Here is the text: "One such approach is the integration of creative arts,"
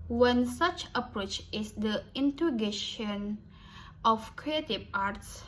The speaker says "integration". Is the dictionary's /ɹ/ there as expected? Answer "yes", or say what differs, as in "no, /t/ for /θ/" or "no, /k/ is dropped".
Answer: no, /ɹ/ is dropped